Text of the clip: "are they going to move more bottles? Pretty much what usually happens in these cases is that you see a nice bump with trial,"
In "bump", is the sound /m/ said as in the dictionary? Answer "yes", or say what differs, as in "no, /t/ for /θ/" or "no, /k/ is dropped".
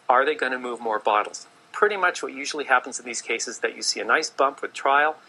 yes